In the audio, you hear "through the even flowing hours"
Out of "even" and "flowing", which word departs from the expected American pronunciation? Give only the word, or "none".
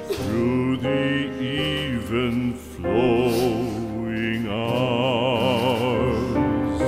none